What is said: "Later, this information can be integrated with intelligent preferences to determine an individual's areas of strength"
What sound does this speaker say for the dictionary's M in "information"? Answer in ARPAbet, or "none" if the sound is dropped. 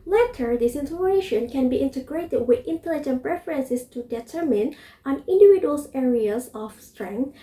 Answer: none